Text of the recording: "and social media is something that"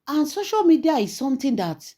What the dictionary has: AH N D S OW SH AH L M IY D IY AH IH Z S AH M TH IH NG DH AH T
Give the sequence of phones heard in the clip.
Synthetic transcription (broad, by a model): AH N S OW SH AH L M IY D IY AH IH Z S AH M T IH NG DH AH T